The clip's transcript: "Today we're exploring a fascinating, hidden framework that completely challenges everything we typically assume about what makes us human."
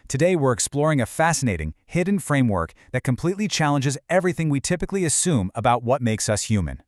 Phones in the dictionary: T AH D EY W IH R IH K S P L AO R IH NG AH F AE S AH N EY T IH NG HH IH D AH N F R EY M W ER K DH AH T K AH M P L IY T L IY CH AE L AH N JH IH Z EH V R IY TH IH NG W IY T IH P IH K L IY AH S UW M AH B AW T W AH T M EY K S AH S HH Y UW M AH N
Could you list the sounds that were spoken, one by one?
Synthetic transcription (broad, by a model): T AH D EY W IH R IH K S P L AO R IH NG AH F AE S AH N EY T IH NG HH IH D N F R EY M W ER K DH AH T K AH M P L IY T L IY CH AE L AH N JH IH Z EH V R IY TH IH NG W IY T IH P IH K L IY AH S UW M AH B AW T W AH T M EY K S AH S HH Y UW M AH N